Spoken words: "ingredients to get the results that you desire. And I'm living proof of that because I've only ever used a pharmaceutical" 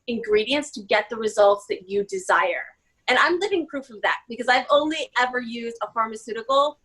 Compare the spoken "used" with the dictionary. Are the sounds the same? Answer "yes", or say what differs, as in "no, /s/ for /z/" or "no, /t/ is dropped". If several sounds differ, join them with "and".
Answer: yes